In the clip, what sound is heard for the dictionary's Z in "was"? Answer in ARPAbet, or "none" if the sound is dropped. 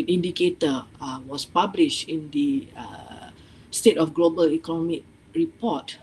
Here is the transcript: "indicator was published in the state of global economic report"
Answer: S